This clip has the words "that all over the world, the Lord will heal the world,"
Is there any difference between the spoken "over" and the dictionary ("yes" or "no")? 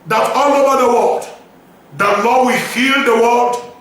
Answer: no